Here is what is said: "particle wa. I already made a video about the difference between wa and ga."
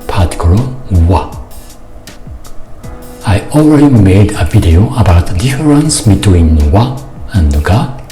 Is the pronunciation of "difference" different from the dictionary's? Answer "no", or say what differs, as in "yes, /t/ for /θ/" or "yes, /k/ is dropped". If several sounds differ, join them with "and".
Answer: yes, /f/ is dropped